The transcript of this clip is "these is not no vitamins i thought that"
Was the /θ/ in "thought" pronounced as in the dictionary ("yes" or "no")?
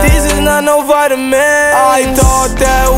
no